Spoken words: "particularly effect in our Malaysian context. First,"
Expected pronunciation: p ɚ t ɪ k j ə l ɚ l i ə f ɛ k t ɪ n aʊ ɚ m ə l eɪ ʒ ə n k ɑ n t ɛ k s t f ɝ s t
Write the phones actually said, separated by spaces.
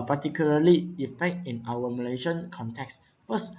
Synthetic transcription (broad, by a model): p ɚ t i k j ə l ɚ l i ə f ɛ k t ɪ n aʊ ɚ m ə l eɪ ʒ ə n k ɑ n t ɛ k s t f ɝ s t